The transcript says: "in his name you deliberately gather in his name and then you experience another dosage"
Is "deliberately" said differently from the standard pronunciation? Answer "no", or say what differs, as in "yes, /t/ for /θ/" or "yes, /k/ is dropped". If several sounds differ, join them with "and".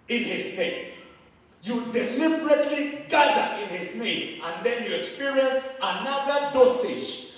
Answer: no